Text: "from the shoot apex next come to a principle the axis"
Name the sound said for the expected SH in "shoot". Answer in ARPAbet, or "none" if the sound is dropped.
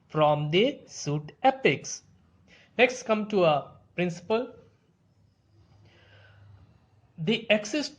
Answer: S